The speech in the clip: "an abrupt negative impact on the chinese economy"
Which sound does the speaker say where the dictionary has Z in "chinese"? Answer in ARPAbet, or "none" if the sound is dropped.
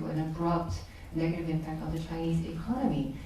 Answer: Z